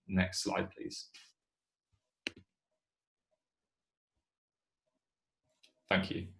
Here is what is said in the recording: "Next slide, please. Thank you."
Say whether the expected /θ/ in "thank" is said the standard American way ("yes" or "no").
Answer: yes